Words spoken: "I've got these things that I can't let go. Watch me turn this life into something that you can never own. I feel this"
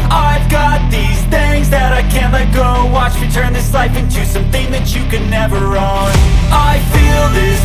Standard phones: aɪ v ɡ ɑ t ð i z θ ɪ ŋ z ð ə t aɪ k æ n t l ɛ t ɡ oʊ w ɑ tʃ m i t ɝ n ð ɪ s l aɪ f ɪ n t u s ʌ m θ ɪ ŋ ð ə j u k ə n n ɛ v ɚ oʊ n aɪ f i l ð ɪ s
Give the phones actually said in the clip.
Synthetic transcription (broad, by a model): aɪ v ɡ ɑ t ð i z θ ɪ ŋ z ð ə t aɪ k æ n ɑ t ɡ oʊ w ɑ tʃ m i t ɝ n ð ɪ s l aɪ f ɪ n t u s ʌ m θ ɪ ŋ ð ə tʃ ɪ k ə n n ɛ v ɚ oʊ n aɪ f i l ð ɪ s